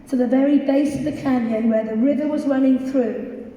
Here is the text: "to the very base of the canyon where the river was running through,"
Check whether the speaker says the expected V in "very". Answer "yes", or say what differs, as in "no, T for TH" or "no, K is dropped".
yes